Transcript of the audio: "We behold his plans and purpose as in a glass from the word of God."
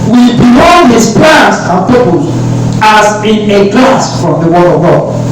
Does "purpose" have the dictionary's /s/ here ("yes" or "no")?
no